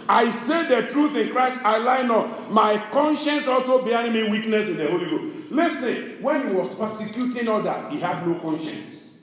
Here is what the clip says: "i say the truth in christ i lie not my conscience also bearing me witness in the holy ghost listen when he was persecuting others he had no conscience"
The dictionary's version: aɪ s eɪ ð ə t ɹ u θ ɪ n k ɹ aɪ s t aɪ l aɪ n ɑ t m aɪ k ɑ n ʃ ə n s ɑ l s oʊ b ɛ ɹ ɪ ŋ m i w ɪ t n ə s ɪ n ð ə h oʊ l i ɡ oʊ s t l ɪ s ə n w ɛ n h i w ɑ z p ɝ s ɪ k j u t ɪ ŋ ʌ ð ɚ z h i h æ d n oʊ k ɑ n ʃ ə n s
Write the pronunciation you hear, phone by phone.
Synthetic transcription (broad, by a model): aɪ s eɪ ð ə t ɹ u θ ɪ n k ɹ aɪ s t aɪ l aɪ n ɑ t m aɪ k ɑ n ʃ ə n s ɑ l s oʊ b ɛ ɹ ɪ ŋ m i w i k n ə s ɪ n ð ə h oʊ l i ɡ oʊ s l ɪ s ə n w ɛ n h i w ɑ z p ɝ s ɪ k j u t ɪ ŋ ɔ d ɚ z h i h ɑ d n oʊ k ɑ n ʃ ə n s